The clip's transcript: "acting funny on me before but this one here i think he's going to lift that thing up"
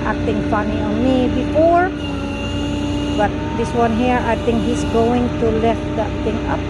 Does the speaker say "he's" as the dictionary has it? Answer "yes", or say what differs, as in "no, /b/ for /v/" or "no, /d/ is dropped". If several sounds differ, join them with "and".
no, /s/ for /z/